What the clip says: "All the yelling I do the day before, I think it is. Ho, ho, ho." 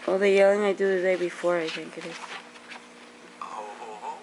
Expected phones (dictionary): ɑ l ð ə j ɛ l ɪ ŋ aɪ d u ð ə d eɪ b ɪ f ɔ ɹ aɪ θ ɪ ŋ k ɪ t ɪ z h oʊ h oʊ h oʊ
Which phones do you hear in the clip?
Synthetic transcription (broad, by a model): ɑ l ð ə j ɛ l ɪ ŋ aɪ d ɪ ð ə d eɪ b ɪ f ɔ ɹ aɪ θ ɪ ŋ k ɪ t ɪ z